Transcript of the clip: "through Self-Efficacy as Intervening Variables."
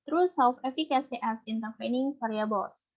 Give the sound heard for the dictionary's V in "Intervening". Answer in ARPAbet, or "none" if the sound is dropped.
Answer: P